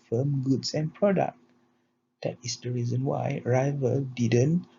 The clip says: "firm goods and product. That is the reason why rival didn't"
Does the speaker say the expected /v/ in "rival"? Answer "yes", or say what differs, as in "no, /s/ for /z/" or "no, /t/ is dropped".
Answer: yes